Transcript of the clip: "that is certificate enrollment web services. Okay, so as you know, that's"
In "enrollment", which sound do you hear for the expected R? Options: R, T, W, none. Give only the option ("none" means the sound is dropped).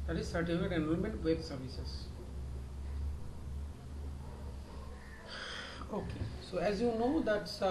none